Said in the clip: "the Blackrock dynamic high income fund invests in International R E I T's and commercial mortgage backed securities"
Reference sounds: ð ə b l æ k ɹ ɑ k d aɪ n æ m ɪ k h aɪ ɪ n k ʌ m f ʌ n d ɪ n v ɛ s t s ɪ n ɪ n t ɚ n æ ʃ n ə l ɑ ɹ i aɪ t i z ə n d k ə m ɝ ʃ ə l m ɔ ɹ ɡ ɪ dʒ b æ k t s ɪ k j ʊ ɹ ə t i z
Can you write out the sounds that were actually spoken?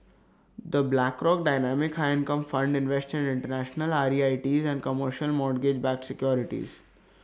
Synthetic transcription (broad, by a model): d ə b l æ k ɹ ɑ k d aɪ n æ m ɪ k h aɪ ɪ n k ʌ m f ʌ n d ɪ n v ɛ s t ɪ n ɪ n t ɚ n æ ʃ n ə l ɑ ɹ i aɪ t i z ə n d k ə m ɝ ʃ ə l m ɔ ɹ ɡ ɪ dʒ b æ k s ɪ k j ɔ ɹ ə t i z